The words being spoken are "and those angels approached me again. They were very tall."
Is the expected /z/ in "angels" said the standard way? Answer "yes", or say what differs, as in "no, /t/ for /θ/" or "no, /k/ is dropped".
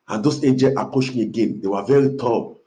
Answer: no, /z/ is dropped